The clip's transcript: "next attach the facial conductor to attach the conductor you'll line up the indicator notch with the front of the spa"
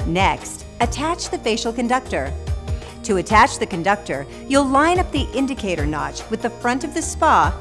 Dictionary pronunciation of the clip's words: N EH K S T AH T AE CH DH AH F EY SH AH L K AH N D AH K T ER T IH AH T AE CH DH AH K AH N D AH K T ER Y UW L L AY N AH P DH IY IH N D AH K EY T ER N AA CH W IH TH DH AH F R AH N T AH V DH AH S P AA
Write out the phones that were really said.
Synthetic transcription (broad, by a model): N EH K S T AH T AE CH DH AH F EY SH L K AH N D AH K T ER T IH AH T AE CH DH AH K AH N D AH K T ER Y UW L L AY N AH P DH IY IH N D AH K EY T ER N AA CH W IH DH AH F R AH N T AH V DH AH S P AA